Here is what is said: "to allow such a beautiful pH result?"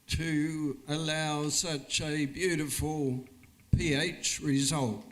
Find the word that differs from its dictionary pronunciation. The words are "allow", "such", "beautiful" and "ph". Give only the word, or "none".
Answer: none